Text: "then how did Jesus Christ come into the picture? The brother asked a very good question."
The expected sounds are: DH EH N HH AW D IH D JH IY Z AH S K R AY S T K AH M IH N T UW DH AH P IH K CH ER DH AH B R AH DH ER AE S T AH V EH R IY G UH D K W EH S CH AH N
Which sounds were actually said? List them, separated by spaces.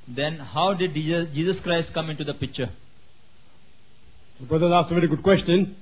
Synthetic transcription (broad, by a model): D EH N HH AW D IH D JH IY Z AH S K R AY S T K AH M IH N T UW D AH P IH K CH ER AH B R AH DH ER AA S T AH V EH R IY G UH D K W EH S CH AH N